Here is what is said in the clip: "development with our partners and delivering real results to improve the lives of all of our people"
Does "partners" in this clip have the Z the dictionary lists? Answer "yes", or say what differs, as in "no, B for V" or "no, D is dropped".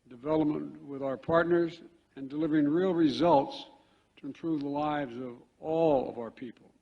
yes